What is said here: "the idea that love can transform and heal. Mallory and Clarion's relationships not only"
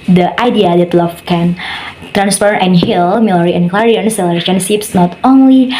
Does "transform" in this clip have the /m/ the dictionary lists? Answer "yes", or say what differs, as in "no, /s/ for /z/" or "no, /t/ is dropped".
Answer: no, /m/ is dropped